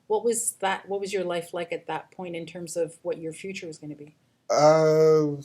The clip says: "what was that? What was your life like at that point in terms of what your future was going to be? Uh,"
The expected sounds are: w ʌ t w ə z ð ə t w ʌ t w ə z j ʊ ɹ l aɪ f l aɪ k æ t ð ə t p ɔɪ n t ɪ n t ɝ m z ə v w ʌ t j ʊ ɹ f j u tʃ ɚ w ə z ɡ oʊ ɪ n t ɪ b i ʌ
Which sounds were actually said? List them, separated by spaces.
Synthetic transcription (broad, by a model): w ʌ t w ə z ð ə t w ʌ t w ə z j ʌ ɹ l aɪ f l aɪ k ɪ t ð ə t p ɔɪ n t ɪ n t ɝ m z ə v w ʌ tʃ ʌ ɹ f j u tʃ ɚ w ə z ɡ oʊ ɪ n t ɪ b i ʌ